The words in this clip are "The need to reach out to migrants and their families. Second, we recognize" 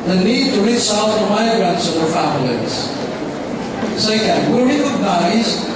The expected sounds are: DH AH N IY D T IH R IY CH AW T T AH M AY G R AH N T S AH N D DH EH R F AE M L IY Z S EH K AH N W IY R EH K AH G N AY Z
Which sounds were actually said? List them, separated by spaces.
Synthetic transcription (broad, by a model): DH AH N IY D T IH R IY S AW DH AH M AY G R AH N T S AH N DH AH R F AE M L IY Z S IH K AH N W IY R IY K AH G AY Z